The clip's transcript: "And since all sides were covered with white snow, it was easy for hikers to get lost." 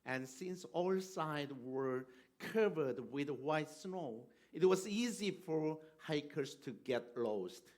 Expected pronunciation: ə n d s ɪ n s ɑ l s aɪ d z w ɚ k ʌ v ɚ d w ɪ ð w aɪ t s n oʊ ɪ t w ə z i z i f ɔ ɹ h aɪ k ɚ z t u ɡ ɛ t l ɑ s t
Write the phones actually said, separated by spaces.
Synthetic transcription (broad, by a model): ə n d s ɪ n s ɑ l s aɪ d w ɚ k ʌ v ɚ d w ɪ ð w aɪ t s n oʊ ɪ t w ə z i z i f ɔ ɹ h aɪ k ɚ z t u ɡ ɛ t l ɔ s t